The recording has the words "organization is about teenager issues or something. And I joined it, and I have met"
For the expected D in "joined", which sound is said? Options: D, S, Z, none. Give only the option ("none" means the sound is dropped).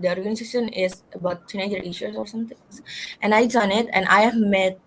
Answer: none